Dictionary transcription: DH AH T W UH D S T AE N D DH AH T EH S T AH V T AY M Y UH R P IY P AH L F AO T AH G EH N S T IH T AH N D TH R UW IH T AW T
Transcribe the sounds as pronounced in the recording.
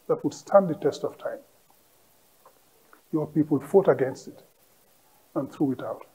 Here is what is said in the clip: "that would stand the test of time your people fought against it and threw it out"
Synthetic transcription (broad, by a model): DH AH T W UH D S T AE N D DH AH T EH S T AH V T AY M Y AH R P IY P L F AO T AH G EH N S T IH T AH N TH R UW IH T AW T